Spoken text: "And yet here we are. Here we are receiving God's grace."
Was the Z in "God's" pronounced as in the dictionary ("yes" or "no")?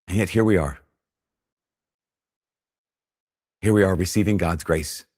yes